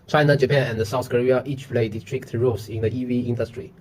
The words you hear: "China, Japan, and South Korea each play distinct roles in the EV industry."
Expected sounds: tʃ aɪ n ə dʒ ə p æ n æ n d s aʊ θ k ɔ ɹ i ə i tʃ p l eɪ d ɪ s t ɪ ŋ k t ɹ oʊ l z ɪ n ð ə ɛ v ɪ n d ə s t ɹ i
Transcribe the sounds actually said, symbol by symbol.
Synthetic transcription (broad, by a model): tʃ aɪ n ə dʒ ə p æ n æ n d s aʊ θ k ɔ ɹ i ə i tʃ p l eɪ d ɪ s t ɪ k t ɹ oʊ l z ɪ n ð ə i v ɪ n d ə s t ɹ i